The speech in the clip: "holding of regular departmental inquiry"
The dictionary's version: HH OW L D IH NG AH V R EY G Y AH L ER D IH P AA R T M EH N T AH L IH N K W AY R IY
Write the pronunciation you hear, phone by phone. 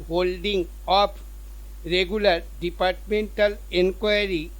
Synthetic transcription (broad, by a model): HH OW L D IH NG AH P R EY G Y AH L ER D IH P AA R T M EH N T AH L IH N K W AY R IY